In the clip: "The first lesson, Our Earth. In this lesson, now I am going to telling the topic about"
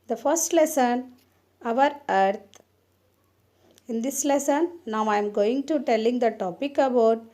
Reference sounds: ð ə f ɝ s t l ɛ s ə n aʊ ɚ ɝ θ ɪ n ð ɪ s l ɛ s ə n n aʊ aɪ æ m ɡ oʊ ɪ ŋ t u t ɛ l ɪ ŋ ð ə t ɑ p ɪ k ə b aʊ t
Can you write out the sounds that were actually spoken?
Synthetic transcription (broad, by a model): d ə f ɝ s t l ɛ s ə n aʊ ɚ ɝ t ɪ n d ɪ s l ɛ s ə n n aʊ aɪ m ɡ oʊ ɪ ŋ t u t ɛ l ɪ ŋ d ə t ɑ p ɪ k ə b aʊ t